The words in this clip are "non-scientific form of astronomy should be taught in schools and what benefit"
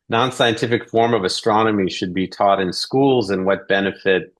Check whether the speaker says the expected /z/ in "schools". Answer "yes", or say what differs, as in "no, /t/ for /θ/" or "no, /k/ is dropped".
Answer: yes